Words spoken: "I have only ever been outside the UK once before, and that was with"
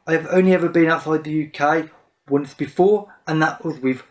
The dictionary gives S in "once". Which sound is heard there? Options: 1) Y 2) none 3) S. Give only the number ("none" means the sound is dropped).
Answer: 3